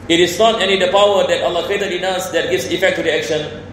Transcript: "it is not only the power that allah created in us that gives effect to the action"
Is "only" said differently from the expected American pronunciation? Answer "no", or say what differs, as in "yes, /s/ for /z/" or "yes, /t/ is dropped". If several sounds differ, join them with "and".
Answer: yes, /l/ is dropped